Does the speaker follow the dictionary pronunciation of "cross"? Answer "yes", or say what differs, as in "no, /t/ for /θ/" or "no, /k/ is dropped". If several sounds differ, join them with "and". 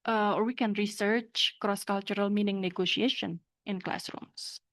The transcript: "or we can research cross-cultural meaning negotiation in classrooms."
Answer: yes